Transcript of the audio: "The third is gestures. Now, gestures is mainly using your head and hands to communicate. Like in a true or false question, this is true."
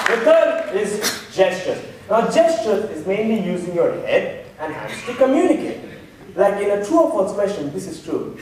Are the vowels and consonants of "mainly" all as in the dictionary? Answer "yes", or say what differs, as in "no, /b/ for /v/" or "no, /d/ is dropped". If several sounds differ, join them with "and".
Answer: yes